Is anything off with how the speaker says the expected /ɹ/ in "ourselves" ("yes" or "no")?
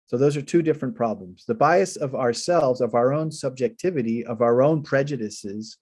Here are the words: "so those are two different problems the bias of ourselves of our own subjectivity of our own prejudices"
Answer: no